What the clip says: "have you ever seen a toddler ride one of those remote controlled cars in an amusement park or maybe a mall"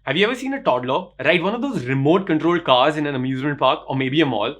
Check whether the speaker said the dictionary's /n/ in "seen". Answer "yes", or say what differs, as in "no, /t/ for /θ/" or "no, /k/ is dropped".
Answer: yes